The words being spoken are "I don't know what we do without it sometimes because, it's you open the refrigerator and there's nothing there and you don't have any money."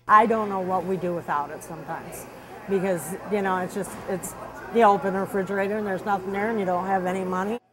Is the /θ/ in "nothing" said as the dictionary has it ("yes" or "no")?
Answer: yes